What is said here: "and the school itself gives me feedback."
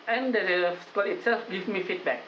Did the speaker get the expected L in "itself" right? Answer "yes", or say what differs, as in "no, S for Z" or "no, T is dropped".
yes